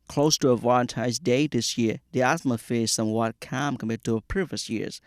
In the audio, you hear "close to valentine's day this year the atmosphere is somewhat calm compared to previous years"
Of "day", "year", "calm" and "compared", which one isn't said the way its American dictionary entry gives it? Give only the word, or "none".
compared